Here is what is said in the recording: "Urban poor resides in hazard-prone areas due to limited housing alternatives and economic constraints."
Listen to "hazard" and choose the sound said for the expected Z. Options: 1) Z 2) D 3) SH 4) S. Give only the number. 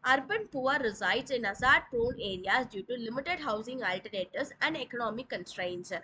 4